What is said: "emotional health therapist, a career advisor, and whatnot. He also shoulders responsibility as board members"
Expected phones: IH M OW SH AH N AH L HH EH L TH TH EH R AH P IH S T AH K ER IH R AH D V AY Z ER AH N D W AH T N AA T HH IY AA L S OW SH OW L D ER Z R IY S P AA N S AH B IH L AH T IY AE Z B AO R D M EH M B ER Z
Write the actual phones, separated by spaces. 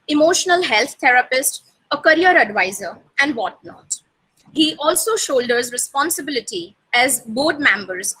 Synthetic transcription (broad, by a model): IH M OW SH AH N AH L HH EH L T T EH R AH P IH S T AH K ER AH R AH D V AY Z ER AH N D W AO T N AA T HH IY AA L S OW SH OW L D ER Z R IY S P AA N S AH B IH L AH T IY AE Z B AO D M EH M B ER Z